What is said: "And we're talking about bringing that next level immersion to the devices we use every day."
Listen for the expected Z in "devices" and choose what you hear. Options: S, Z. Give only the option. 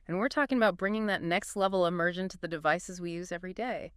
Z